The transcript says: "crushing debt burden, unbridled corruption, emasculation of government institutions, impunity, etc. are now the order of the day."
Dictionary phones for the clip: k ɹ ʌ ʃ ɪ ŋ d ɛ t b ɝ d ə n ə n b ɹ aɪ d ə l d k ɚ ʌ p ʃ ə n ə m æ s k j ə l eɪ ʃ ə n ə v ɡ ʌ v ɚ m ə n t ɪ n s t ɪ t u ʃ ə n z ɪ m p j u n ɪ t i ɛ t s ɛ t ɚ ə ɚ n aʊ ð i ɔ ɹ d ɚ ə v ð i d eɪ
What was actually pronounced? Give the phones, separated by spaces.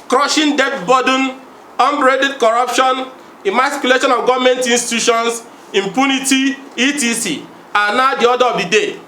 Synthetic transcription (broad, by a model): k ɹ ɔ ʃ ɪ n d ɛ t b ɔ d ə n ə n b ɹ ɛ d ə d k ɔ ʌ p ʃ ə n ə m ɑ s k j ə l eɪ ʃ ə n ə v ɡ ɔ v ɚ m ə n t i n s t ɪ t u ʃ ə n s ɪ m p j u n ɪ t i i t i s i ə n aʊ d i ɔ d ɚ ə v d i d eɪ